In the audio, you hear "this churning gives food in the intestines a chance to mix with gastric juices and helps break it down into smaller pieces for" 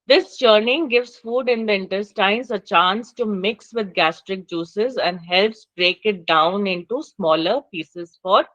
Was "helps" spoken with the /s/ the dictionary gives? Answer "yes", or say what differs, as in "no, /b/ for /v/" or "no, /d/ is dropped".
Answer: yes